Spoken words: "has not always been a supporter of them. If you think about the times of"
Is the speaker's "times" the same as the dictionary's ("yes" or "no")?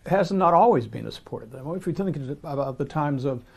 yes